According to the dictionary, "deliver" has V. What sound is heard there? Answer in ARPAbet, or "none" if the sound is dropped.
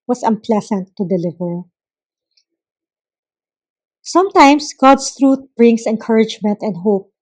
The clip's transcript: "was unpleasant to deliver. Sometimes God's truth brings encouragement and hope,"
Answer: V